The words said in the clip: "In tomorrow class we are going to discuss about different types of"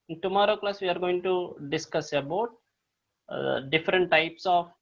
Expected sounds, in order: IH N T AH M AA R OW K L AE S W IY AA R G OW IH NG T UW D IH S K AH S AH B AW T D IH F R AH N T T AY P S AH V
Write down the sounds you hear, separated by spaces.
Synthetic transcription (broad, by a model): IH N T AH M AA R OW K L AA S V IY AA R G OW IH NG T UW D IH S K AH S AH B AW T D IH F R AH N T T AY P S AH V